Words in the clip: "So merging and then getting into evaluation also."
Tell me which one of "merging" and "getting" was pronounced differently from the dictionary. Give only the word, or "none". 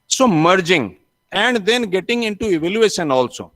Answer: none